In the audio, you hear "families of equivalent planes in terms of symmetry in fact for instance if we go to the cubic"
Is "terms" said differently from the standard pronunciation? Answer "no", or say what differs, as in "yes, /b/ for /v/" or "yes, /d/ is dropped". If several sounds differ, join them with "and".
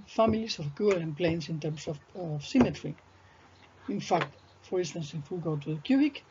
yes, /s/ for /z/